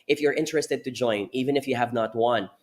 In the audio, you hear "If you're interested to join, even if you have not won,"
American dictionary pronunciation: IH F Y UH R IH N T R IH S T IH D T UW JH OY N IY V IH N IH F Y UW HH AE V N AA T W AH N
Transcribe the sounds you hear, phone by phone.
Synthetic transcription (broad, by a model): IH F Y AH R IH N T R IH S T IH D T UW JH OY N IY V IH N IH F Y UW HH AE V N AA T W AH N